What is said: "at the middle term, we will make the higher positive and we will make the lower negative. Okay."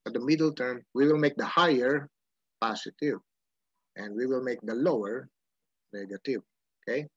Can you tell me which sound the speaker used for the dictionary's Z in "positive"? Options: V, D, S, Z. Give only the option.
S